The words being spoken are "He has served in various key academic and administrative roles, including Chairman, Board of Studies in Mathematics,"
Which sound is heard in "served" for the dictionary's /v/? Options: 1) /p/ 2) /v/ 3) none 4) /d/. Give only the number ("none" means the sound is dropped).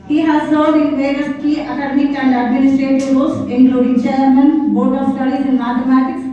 3